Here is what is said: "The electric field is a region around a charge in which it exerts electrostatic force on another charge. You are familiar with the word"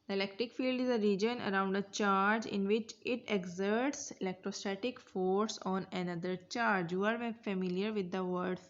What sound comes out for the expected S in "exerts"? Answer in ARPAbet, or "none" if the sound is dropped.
S